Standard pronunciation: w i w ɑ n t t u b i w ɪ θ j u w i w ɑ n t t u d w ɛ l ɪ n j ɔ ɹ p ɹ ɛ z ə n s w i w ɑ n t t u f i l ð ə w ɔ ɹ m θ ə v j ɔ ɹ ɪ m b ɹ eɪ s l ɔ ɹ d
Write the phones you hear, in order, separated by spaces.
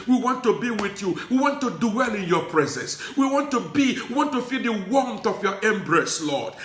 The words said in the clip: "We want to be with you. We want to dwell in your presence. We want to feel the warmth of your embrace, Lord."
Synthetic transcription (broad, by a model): w i w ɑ n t t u b i w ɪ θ j u w i w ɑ n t t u d w ɛ l ɪ n j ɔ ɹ p ɹ ɛ z ə n s w i w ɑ n t t u f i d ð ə w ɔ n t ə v j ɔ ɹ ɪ m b ɹ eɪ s l ɔ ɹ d